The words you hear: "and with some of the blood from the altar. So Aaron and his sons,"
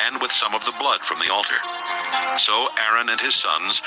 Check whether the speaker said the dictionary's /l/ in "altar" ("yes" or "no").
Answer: yes